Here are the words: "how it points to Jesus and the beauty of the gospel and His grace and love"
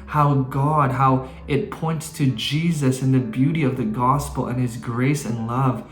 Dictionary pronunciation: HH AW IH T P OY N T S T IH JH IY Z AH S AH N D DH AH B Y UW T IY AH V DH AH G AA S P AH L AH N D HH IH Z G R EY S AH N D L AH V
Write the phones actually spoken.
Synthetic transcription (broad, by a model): HH AW IH T P OY N T S T IH JH IY Z AH S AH N DH AH B Y UW T IY AH V DH AH G AA S P L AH N IH Z G R EY S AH N L AH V